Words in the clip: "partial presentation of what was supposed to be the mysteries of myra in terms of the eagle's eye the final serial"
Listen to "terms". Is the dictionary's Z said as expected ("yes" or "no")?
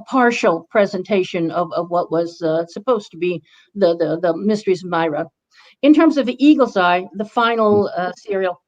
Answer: yes